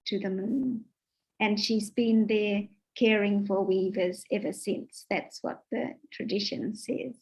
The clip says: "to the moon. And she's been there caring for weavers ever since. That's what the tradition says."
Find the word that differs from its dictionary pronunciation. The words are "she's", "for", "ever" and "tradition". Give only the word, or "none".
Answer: none